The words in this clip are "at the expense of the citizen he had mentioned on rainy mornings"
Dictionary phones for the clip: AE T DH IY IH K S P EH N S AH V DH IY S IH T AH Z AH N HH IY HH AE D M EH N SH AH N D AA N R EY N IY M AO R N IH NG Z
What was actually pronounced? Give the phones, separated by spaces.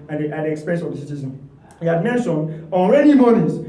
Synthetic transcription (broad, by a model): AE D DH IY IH K S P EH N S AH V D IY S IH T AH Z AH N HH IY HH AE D M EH N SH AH N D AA L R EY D IY M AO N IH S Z